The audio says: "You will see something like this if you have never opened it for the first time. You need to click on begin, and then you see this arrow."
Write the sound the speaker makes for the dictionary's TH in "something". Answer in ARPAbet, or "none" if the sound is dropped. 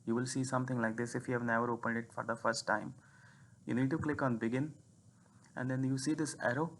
T